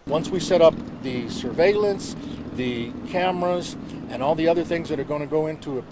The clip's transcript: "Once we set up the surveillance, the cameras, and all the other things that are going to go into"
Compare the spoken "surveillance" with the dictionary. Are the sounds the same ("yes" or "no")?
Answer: yes